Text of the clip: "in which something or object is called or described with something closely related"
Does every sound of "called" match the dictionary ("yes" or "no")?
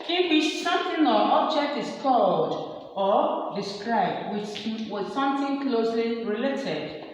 yes